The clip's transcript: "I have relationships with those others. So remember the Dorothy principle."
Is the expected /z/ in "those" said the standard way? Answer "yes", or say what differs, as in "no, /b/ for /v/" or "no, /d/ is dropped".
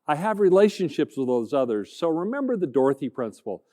yes